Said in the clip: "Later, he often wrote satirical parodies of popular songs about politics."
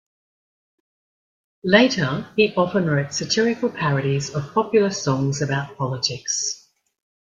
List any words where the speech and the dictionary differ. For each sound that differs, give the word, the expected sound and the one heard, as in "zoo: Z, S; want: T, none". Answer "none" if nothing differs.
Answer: none